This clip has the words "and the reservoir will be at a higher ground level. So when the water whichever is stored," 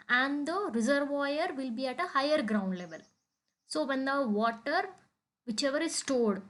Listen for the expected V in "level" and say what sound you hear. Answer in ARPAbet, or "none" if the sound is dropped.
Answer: V